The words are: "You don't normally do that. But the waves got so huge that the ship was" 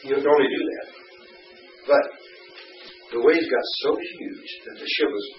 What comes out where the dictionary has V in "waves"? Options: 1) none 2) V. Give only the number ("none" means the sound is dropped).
1